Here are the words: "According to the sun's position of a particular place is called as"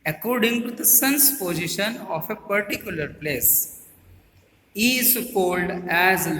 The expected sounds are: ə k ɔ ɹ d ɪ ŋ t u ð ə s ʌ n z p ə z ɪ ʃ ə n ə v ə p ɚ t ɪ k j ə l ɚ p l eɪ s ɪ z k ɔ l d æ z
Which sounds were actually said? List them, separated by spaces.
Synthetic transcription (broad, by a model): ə k ɔ ɹ d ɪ ŋ t u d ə s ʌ n s p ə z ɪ ʃ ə n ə f ə p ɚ t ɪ k j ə l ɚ p l eɪ s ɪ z k ɔ l d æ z